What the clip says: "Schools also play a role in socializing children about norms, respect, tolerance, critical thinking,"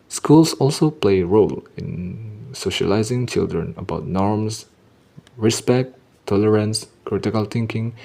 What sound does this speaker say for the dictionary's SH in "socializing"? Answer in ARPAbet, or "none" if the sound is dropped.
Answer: SH